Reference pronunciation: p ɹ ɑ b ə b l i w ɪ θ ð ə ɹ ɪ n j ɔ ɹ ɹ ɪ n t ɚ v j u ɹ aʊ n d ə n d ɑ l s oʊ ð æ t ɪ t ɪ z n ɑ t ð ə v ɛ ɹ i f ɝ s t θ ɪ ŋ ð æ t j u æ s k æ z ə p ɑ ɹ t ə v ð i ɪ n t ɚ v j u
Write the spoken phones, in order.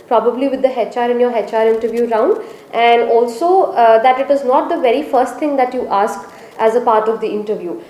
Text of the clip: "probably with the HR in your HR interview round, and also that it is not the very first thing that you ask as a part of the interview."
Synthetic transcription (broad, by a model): p ɹ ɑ b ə b l i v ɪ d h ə ɹ ɪ n j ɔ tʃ ɹ ɪ n t ɚ v j u ɹ aʊ n d ə n d ɑ l s oʊ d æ t ɪ t ɪ z n ɑ t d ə v ɛ ɹ i f ɝ s t t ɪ ŋ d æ t j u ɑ s k æ z ə p ɑ ɹ t ə v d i ɪ n t ɚ v j u